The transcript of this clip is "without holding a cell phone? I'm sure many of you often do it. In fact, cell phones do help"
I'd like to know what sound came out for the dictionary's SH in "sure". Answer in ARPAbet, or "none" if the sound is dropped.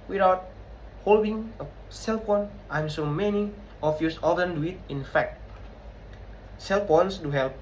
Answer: S